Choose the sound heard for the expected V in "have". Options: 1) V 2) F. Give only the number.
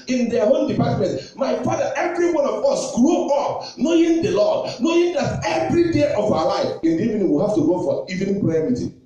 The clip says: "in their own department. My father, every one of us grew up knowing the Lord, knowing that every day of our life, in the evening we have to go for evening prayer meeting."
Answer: 2